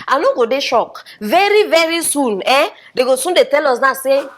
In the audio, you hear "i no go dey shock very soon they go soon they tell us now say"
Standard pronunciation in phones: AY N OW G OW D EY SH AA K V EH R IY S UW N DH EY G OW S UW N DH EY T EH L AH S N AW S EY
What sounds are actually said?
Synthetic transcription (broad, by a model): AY N OW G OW D EY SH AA K V EH R IY S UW N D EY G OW S UW N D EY T EH L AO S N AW S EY